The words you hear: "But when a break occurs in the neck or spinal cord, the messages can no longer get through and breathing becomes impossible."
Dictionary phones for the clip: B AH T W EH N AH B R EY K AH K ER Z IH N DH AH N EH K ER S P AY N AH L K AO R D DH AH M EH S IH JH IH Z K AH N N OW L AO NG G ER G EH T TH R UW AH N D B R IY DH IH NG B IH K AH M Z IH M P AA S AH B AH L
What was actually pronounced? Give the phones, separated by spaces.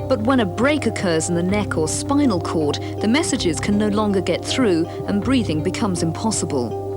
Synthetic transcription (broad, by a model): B AH T W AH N AH B R EY K AH K ER Z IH N DH AH N EH K ER S P AY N L K AO R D DH AH M EH S IH JH IH Z K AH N N OW L AO NG G ER G EH T TH R UW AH N B R IY DH IH NG B IH K AH M Z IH M P AA S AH B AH L